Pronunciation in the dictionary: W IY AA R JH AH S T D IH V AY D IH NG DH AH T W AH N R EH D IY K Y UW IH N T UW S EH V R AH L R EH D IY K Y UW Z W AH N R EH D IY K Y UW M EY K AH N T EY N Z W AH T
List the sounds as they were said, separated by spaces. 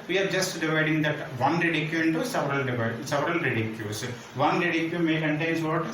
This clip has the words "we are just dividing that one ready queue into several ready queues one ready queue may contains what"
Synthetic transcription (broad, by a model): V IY AA R JH AH S T D IH V AY D IH NG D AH T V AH N R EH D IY K Y UW IH N T UW S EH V R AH L R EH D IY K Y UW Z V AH N R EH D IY K Y UW M EY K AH N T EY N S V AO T